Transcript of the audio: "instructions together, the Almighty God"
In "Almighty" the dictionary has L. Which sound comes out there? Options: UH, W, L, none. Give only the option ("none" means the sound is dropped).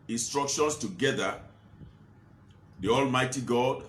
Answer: L